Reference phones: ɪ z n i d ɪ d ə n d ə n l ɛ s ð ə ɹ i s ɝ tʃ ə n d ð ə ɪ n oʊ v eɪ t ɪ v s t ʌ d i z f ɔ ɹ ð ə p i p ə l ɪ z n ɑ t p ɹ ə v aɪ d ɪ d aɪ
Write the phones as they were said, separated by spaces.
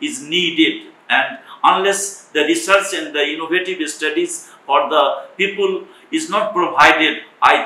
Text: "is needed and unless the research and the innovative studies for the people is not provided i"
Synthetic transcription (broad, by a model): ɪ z n i d ɪ d ə n d ə n l ɛ s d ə ɹ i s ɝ s ə n d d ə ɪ n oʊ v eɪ t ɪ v s t ʌ d i z f ɔ ɹ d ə p i p ə l ɪ z n ɑ t p ɹ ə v aɪ d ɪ d aɪ